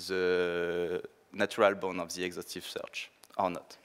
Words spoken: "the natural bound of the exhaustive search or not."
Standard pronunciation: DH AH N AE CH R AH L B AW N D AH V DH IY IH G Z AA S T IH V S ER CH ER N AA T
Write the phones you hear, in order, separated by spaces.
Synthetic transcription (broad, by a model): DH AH N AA CH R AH L B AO N AH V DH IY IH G Z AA S T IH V S ER CH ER N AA T